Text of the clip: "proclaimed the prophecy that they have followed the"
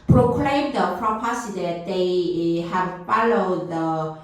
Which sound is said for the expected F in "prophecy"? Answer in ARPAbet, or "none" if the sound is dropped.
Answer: P